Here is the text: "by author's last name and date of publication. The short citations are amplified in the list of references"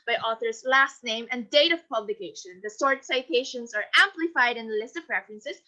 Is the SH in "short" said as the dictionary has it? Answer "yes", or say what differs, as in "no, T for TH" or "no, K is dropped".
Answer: no, S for SH